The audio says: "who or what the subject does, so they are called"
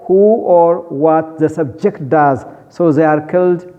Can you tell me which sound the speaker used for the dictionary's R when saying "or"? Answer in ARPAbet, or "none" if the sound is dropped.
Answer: R